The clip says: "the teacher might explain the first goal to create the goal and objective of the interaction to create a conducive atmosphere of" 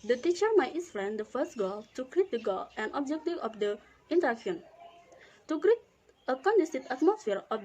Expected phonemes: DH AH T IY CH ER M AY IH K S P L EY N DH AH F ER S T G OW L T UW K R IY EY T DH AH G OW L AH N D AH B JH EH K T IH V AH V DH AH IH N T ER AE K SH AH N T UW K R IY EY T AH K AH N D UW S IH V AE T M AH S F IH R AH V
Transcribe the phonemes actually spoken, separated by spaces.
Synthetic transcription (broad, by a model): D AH T IY CH ER M AY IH S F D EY N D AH F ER S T G OW L T UW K R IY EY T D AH G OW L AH N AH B JH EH K T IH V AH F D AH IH N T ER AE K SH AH N T UW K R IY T AH K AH N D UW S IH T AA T M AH S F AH R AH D